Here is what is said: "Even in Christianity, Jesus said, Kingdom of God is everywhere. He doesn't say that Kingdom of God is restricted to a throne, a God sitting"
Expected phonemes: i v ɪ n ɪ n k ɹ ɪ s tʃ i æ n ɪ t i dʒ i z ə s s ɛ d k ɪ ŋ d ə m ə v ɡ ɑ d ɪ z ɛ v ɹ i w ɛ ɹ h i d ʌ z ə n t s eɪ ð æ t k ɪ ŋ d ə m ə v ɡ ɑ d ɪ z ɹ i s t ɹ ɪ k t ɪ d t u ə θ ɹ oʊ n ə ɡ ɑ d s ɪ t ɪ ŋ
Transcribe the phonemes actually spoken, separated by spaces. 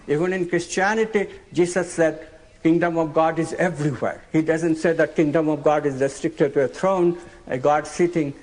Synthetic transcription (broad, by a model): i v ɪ n ɪ n k ɹ ɪ s tʃ i æ n ɪ t i dʒ i s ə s s ɛ d k ɪ ŋ d ə m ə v ɡ ɑ d ɪ z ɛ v ɹ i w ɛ ɹ h i d ʌ z ə n t s eɪ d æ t k ɪ ŋ d ə m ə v ɡ ɑ d ɪ z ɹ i s t ɹ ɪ k t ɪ d t u ə t ɹ oʊ n ə ɡ ɑ d s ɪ t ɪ ŋ